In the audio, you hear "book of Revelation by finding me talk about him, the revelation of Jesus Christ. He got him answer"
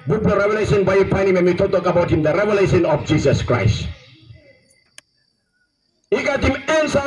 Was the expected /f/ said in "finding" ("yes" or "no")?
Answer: no